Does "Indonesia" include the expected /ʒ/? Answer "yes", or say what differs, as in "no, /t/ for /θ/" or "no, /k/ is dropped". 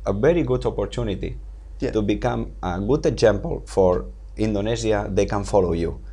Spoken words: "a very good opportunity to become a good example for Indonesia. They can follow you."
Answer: no, /z/ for /ʒ/